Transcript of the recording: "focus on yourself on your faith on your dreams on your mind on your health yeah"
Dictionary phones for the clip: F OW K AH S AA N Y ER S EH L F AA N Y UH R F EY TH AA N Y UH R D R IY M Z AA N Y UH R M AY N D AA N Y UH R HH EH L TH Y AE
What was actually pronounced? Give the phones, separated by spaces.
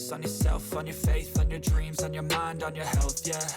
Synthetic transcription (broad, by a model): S N Y ER S EH L F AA N Y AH R F EY TH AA N Y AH R D R IY M Z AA N Y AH R M AY N D N Y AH R HH EH L TH Y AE